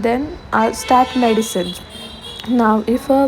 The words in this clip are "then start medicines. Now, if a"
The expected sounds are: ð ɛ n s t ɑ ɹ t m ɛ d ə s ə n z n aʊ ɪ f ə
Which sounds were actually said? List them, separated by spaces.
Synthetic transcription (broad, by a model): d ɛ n s t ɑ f m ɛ d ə s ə n n aʊ ɪ f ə